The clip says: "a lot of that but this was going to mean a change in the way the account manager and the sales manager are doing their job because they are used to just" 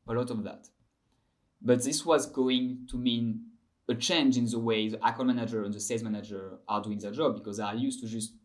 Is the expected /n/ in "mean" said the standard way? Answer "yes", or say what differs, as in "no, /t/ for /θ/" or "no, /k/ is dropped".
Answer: yes